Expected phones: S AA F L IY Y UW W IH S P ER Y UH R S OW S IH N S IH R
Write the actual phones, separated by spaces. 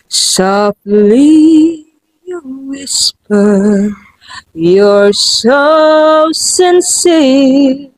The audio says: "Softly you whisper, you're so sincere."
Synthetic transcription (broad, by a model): S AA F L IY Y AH W IH S P ER Y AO R S OW S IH N S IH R